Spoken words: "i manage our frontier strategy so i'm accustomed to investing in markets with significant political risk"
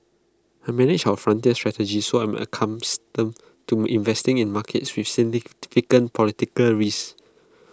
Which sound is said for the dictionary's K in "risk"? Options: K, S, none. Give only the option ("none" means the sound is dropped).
none